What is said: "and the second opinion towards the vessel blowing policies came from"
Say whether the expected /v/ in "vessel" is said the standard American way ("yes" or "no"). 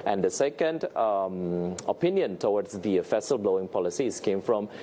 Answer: no